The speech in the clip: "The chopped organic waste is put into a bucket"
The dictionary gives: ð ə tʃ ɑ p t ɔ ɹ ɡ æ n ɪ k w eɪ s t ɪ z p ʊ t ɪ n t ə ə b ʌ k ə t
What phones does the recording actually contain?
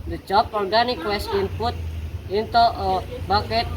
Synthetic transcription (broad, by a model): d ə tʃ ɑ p ɔ ɹ ɡ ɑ n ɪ k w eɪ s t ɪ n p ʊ t ɪ n t ə ə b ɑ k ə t